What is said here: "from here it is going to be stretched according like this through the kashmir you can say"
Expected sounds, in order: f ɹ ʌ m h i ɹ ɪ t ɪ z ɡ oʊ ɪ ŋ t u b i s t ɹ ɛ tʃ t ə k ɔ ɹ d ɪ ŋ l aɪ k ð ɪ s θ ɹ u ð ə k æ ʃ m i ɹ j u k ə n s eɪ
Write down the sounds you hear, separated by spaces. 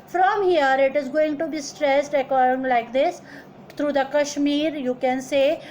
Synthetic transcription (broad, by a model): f ɹ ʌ m h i ɹ ɪ t ɪ z ɡ oʊ ɪ ŋ t u b i s t ɹ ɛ s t ə k ɔ ɹ d ɪ ŋ l aɪ k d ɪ s t ɹ u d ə k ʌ ʃ m i ɹ j u k ə n s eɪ